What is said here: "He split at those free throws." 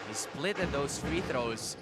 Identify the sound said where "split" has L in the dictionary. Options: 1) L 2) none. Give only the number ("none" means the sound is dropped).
1